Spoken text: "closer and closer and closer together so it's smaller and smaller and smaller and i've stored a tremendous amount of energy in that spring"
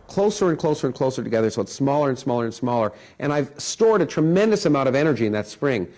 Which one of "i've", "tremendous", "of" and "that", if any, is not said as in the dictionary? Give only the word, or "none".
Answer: none